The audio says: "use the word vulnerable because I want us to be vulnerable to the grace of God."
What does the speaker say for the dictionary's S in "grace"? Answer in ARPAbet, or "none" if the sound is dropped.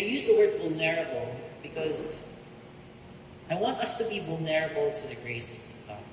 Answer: none